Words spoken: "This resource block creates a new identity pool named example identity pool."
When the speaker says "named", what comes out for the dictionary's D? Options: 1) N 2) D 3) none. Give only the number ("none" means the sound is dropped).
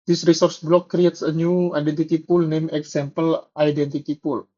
3